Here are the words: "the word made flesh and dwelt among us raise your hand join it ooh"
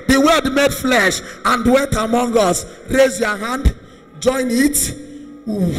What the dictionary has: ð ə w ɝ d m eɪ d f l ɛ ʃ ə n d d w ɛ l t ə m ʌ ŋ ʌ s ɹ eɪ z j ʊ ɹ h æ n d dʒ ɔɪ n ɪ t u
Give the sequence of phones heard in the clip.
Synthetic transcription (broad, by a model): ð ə w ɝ d m eɪ d f l ɛ ʃ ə n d d w ɛ l t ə m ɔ ŋ ʌ s ɹ eɪ z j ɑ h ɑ n d dʒ ɔɪ n ɪ t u